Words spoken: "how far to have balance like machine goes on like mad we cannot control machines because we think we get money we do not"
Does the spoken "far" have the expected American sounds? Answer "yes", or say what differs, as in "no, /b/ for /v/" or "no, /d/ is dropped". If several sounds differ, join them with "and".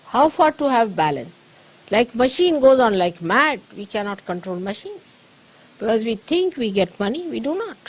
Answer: yes